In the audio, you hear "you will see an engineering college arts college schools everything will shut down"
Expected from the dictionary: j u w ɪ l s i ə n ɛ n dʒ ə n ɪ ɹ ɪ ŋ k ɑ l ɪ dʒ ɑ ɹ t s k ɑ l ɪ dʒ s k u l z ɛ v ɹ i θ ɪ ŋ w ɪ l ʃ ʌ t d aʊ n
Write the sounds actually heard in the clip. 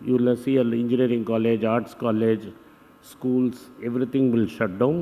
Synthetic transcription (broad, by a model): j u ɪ l s i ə l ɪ n dʒ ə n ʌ ɹ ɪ ŋ k ɑ l ɪ dʒ ɑ ɹ t s k ɑ l ɪ dʒ s k u l s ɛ v ɹ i t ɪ ŋ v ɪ l ʃ ʌ t d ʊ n